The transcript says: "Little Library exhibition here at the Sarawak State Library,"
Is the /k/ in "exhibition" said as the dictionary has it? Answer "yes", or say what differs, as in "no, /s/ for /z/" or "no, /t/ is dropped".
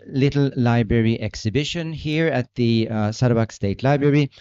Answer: yes